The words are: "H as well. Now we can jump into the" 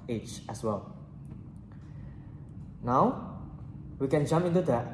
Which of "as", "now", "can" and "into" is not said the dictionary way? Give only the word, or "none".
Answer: as